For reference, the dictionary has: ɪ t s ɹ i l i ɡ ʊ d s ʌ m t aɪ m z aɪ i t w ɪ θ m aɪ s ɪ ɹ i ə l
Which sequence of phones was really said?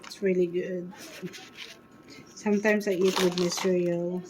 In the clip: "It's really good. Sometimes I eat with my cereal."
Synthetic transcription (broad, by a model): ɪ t s ɹ i l i ɡ ʊ d s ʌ m t aɪ m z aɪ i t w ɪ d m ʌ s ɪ ɹ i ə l